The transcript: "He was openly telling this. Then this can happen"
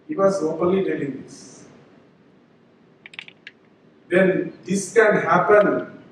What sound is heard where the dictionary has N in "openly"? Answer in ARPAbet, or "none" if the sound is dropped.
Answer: none